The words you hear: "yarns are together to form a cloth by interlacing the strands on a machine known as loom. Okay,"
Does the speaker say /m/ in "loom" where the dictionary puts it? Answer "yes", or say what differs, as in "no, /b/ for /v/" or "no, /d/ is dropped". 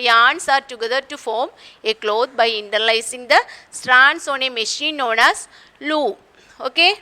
no, /m/ is dropped